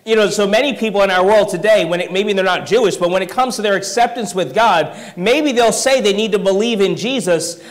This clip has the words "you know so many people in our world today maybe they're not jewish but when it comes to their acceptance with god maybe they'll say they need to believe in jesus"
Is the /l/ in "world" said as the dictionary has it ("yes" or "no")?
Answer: yes